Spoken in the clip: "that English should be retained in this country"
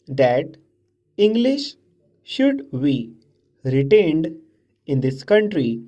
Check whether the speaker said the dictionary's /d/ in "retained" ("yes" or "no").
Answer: yes